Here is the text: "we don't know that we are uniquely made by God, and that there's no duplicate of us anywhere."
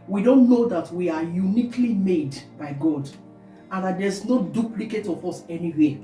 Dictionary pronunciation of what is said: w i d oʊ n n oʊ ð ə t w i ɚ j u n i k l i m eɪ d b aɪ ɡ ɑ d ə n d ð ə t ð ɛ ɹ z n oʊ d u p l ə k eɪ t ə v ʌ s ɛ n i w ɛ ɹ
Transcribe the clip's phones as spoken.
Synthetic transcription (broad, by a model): w i d oʊ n n oʊ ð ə t w i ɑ j u n i k l i m eɪ d b aɪ ɡ ɑ d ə n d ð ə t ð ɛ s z n oʊ d u p l ə k eɪ t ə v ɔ s ɛ n i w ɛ